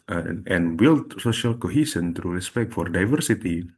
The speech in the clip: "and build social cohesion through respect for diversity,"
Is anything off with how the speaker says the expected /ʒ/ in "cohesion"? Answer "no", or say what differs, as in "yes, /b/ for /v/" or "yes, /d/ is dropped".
yes, /s/ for /ʒ/